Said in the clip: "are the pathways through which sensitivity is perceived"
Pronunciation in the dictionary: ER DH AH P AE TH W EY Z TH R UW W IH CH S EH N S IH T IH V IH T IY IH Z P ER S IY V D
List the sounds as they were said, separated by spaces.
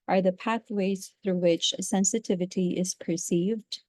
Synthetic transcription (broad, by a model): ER DH AH P AE TH W EY Z TH R UW W IH CH S EH N S IH T IH V IH T IY IH Z P ER S IY V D